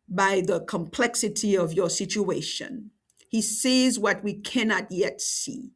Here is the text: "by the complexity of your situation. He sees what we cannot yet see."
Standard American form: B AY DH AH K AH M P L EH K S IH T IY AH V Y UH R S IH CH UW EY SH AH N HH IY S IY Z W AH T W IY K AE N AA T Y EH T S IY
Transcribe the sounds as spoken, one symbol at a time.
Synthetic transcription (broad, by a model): B AY DH AH K AH M P L EH K S IH T IY AH V Y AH R S IH CH UW EY SH AH N HH IY S IY Z W AH T W IY K AE N AA T Y EH T S IY